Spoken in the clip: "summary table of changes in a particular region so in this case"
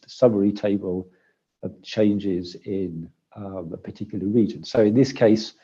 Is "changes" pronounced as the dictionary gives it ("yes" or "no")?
yes